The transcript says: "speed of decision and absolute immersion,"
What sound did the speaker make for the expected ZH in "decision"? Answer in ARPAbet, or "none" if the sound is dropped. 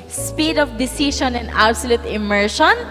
SH